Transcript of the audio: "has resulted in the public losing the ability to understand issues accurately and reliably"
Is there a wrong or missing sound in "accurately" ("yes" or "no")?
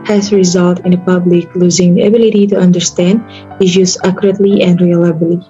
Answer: no